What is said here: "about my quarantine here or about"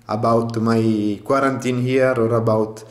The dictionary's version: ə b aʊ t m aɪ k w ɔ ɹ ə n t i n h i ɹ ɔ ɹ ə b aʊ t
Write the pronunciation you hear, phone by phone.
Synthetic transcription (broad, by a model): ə b aʊ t m aɪ k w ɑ ɹ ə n t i n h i ɹ ɔ ɹ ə b aʊ t